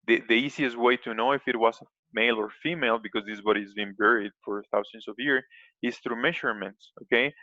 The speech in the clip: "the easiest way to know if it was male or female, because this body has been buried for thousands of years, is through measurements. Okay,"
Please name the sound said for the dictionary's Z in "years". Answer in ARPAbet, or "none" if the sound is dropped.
S